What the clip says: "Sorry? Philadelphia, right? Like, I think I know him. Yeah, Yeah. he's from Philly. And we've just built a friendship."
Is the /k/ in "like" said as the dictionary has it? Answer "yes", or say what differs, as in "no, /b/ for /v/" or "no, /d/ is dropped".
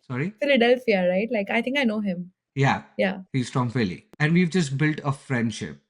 yes